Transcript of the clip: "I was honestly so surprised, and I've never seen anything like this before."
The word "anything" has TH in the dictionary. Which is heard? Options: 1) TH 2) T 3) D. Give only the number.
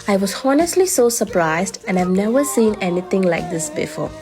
2